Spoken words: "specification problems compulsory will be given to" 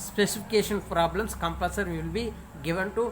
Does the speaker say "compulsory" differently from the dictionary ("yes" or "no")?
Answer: yes